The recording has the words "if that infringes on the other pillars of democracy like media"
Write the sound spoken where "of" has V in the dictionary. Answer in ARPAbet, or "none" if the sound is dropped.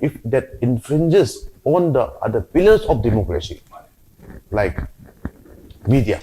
F